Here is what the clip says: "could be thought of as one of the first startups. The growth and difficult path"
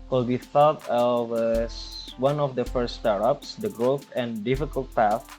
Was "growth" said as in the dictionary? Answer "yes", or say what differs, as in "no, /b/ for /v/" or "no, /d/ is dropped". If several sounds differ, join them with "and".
yes